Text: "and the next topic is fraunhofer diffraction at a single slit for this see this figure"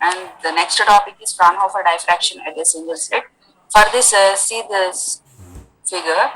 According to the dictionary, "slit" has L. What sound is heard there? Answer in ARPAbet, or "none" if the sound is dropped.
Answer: none